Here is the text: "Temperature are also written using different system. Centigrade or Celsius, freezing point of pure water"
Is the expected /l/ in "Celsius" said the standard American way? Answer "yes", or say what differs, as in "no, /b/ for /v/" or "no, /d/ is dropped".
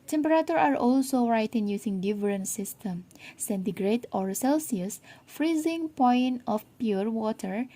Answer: yes